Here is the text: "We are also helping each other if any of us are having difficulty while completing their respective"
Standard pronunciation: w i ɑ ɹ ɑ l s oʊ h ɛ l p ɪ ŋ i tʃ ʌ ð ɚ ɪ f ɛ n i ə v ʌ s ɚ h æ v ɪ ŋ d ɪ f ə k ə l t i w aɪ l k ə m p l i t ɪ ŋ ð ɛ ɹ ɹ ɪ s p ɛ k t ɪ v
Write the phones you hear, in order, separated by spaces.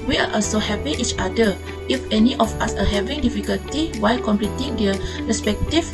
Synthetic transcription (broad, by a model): w i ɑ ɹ ɑ l s oʊ h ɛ p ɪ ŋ i tʃ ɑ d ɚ ɪ f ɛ n i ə f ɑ s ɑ h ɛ v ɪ ŋ d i f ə k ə l t i w aɪ l k ə m p l i t ɪ ŋ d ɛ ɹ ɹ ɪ s p ɛ k t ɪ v